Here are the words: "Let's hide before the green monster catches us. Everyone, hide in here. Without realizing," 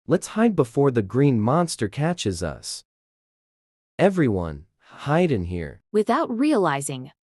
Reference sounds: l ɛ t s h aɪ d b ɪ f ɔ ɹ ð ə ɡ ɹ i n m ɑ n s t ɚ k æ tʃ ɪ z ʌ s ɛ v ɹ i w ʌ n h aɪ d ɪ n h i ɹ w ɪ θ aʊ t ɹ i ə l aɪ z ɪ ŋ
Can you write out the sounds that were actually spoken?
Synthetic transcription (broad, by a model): l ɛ t s h aɪ d b ɪ f ɔ ɹ ð ə ɡ ɹ i n m ɑ n s t ɚ k æ tʃ ɪ z ʌ s ɛ v ɹ i w ʌ n h aɪ d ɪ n h i ɹ w ɪ θ aʊ t ɹ i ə l aɪ z ɪ ŋ